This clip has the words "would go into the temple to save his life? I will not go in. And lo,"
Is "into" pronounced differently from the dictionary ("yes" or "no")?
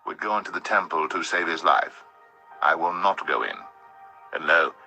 no